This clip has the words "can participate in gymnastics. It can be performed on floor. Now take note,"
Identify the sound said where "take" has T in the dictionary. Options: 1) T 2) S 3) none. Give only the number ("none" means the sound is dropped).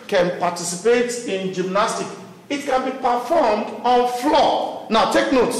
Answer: 1